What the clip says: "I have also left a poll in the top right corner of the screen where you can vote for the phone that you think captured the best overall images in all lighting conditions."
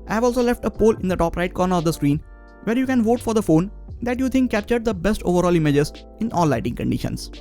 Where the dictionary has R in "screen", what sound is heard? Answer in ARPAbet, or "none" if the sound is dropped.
R